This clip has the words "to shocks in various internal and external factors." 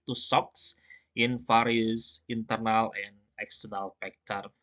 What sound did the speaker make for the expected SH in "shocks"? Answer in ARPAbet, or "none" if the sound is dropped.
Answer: S